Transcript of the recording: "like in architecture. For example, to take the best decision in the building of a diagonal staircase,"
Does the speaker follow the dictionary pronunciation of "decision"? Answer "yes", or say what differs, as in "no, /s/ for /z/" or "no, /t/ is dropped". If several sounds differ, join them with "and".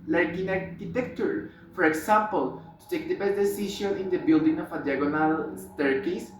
no, /ʃ/ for /ʒ/ and /n/ is dropped